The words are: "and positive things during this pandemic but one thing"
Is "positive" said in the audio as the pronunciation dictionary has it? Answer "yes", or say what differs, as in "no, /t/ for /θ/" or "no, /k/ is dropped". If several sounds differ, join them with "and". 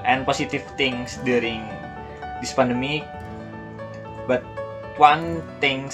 no, /s/ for /z/